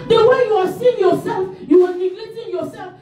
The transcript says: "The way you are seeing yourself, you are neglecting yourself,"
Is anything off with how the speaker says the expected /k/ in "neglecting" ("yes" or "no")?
yes